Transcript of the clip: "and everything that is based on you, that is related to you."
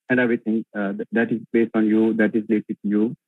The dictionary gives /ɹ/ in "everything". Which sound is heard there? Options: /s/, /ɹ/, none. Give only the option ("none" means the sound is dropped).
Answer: none